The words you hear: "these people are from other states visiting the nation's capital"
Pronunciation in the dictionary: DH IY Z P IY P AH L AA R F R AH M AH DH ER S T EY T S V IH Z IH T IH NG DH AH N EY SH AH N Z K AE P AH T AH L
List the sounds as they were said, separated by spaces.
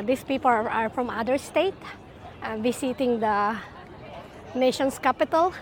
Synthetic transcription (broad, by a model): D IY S P IY P AH L AA R F R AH M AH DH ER S T EY T V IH S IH T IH NG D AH N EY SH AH N S K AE P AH T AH L